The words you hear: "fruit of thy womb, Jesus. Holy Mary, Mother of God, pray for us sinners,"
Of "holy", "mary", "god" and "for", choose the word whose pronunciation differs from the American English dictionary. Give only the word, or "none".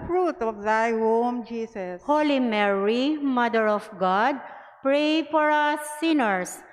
for